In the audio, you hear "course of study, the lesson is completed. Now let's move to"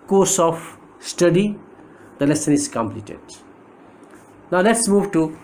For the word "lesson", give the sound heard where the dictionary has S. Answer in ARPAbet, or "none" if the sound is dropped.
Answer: S